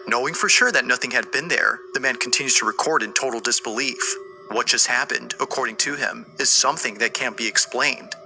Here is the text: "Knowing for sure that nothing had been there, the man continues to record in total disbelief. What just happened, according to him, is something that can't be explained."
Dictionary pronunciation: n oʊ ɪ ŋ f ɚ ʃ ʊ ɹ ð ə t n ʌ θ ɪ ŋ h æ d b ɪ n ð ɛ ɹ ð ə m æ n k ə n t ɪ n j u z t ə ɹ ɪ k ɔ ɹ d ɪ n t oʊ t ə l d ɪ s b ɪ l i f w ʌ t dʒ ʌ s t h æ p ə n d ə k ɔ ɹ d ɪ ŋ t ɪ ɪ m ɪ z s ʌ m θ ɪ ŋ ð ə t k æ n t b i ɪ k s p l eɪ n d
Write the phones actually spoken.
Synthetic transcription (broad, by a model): n oʊ ɪ ŋ f ɚ ʃ ʊ ɹ ð ə t n ʌ θ ɪ ŋ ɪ d b ɪ n ð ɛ ɹ ð ə m æ n k n t ɪ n j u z t ə ɹ ɪ k ɔ ɹ d ɪ n t oʊ t l d ɪ s b ɪ l i f w ʌ t dʒ ʌ s t h æ p ə n d ə k ɔ ɹ d ɪ ŋ t ɪ ɪ m ɪ z s ʌ m θ ɪ ŋ ð ə t k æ n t b i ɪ k s p l eɪ n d